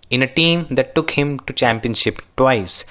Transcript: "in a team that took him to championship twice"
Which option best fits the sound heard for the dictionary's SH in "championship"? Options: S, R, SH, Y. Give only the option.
SH